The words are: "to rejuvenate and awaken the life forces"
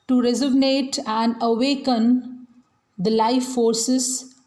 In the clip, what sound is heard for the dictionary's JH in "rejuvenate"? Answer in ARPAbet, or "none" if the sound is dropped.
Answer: Z